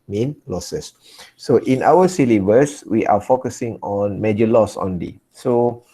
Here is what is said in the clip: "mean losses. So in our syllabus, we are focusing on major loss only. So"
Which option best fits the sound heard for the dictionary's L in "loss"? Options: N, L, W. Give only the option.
L